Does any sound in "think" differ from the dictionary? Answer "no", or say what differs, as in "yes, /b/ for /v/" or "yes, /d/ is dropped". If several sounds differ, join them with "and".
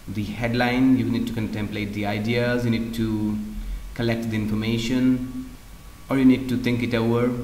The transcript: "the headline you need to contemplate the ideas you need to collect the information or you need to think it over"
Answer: yes, /t/ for /θ/